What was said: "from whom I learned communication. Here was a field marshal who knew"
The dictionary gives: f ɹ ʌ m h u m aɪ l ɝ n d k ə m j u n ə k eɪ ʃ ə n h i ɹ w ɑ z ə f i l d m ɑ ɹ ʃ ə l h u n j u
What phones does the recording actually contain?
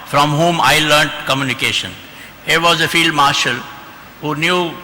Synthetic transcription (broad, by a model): f ɹ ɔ m h u m aɪ l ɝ n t k ə m j u n ə k eɪ ʃ ə n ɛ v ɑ z ə f i l d m ɑ ɹ ʃ ə l h u n j u